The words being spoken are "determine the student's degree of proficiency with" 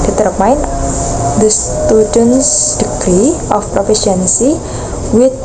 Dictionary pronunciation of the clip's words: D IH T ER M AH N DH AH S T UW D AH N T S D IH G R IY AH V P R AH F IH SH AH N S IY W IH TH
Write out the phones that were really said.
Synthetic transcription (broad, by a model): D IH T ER M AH N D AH S T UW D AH N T S D IH G R IY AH F P R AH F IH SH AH N S IY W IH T